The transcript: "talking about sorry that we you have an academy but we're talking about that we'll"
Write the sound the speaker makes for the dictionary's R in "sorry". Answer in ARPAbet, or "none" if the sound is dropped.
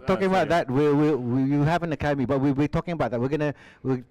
W